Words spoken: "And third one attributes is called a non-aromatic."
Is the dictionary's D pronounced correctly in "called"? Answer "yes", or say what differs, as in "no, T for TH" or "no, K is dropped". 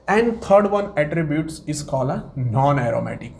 no, D is dropped